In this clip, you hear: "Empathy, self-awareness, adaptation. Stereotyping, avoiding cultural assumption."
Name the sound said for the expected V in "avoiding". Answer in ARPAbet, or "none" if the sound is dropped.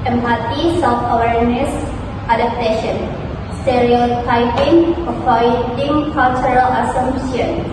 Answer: P